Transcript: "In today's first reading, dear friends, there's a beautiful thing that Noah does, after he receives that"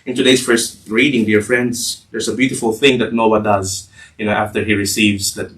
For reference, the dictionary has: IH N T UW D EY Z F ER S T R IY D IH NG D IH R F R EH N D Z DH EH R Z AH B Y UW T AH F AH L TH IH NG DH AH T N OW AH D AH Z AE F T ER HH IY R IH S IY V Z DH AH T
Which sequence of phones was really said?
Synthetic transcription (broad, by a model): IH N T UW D EY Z F ER S T R IY D IH NG D IH R F R EH N D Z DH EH R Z AH B Y UW T AH F AH L TH IH NG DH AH T N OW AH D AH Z AE F T ER HH IY R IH S IY V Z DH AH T